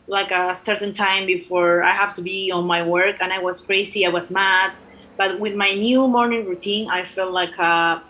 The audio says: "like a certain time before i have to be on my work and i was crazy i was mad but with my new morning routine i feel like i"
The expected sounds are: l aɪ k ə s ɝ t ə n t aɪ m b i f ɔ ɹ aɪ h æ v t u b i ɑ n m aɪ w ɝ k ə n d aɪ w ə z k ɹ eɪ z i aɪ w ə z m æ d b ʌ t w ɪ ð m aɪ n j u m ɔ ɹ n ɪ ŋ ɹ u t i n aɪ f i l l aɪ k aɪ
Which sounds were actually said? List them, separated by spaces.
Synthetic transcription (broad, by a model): l aɪ k ə s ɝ t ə n t aɪ m b i f ɔ ɹ aɪ h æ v t u b i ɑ n m aɪ w ɝ k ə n aɪ w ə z k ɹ eɪ s i aɪ w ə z m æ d b ʌ t w ɪ ð m aɪ n j u m ɔ ɹ n ɪ ŋ ɹ u t i n aɪ f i l l aɪ k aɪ